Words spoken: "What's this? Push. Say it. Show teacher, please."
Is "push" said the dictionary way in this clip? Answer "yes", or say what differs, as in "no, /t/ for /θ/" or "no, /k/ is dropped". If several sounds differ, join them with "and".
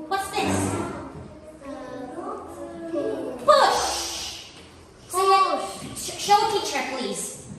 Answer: no, /b/ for /p/